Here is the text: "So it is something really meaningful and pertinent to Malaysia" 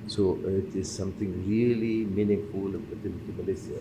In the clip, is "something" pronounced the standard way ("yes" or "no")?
no